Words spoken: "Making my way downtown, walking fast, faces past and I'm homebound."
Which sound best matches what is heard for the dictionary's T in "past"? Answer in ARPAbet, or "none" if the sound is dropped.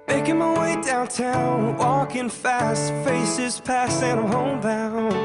none